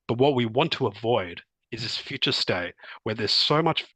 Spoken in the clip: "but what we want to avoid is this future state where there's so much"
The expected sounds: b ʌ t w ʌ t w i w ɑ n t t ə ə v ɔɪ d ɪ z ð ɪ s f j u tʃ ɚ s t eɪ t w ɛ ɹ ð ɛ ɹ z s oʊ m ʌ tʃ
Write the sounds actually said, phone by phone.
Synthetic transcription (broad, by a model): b ʌ t w ʌ t w i w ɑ n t t ə ə v ɔɪ d ɪ z ð ɪ s f j u tʃ ɚ s t eɪ t w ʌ ɹ ð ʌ ɹ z s oʊ m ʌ tʃ